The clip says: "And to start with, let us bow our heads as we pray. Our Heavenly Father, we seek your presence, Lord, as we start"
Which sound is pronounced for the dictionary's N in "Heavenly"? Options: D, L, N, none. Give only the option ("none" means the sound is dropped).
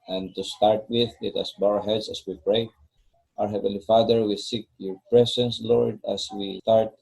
none